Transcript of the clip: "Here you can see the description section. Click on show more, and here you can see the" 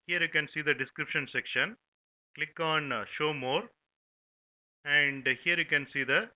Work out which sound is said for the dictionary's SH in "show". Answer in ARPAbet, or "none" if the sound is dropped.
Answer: SH